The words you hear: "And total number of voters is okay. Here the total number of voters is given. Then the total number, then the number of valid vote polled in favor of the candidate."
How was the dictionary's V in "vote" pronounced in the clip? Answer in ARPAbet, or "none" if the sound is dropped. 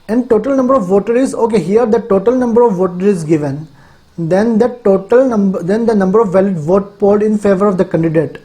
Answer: V